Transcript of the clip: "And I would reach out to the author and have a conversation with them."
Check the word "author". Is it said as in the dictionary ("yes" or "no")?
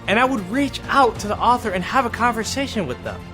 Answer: yes